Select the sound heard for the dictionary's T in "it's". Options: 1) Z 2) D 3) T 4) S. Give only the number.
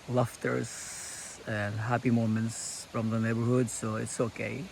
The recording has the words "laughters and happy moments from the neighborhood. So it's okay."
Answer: 3